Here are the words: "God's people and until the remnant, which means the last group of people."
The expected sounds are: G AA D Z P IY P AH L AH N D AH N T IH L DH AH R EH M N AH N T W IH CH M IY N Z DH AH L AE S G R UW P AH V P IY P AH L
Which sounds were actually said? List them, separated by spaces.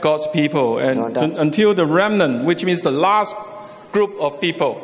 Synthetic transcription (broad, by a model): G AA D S P IY P AH L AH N AH N T IH L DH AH R EH M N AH N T W IH CH M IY N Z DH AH L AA S G R UW P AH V P IY P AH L